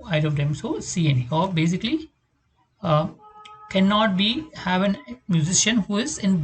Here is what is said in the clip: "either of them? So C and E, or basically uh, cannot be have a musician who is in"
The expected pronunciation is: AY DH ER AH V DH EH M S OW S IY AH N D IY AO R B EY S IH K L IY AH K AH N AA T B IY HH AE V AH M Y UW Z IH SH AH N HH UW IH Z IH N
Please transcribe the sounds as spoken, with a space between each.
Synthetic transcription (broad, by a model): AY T AH V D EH M S OW S IY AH N IY AO R B EY S IH K L IY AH K AH N AA T B IY HH AE V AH M Y UW Z IH SH AH N HH UW IH Z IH N